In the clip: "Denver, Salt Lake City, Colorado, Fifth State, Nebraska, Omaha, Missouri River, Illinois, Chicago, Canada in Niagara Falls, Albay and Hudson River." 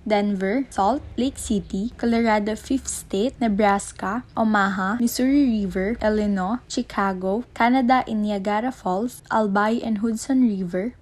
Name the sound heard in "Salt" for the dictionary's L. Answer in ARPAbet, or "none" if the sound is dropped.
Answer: L